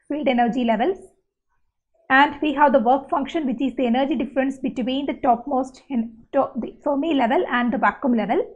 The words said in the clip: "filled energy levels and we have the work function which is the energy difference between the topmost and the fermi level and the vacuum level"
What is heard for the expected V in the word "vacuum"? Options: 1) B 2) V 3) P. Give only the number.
1